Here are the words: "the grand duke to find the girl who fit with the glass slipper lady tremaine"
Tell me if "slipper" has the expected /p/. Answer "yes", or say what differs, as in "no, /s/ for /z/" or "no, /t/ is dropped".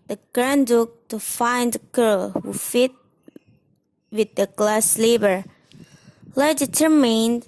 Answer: no, /b/ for /p/